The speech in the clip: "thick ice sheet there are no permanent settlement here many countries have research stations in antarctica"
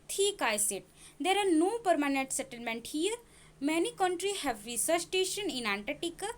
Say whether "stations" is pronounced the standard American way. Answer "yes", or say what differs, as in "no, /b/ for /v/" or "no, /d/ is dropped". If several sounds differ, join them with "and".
no, /z/ is dropped